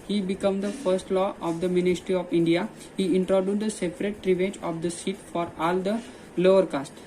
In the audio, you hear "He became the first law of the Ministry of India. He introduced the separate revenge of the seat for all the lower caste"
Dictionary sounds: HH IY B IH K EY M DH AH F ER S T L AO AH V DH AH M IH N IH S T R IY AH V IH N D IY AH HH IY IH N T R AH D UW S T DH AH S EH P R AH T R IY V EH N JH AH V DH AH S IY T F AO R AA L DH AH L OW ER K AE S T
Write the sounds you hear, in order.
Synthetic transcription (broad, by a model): HH IY B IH K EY M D AH F ER S T L AO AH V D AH M IH N IH S T R IY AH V IH N D IY AH HH IY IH N T R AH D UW T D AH S EH P R AH T R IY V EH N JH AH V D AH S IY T F AO R AA L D AH L OW ER K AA S T